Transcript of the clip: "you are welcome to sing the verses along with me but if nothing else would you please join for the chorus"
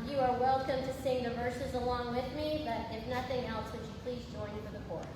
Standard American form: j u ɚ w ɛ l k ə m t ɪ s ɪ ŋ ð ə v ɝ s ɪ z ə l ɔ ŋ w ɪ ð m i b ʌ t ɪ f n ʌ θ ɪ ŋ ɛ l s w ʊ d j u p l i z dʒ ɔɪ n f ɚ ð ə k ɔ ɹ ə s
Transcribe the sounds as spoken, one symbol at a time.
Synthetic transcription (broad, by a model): j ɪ ɚ w ɛ l k ə m t ɪ s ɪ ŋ ð ə v ɝ s ɪ z ə l ɔ ŋ w ɪ ð m i b ʌ t ɪ f n ʌ θ ɪ ŋ ɛ l s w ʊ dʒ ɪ p l i z dʒ ɔɪ n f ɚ ð ə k ɔ ɹ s